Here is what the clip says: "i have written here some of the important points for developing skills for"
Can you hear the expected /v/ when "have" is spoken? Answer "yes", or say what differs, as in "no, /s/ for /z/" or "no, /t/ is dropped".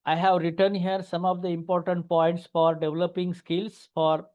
yes